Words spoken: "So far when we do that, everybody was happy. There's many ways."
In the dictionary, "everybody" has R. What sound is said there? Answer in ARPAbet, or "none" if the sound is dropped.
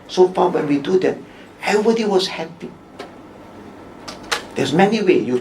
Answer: none